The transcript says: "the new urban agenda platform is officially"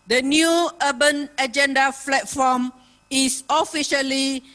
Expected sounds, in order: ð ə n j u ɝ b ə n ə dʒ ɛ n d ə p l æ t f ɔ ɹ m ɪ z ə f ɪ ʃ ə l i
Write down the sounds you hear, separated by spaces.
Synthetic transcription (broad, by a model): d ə n j u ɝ b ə n ə dʒ ɛ n d ə f l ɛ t f ɔ m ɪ s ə f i ʃ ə l i